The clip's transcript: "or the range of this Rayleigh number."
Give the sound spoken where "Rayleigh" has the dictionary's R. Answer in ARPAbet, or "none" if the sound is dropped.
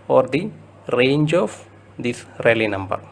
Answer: R